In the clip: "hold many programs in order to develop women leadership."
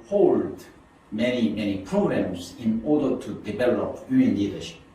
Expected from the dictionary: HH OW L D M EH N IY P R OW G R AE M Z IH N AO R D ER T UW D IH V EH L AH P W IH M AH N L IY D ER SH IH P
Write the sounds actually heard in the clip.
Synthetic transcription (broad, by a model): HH OW L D M EH N IY P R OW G R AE M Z IH N AO R D ER T UW D IH V EH L AH P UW AH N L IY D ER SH